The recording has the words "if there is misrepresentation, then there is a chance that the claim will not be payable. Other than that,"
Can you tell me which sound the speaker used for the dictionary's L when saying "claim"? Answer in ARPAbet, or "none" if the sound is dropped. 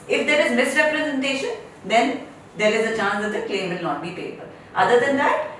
none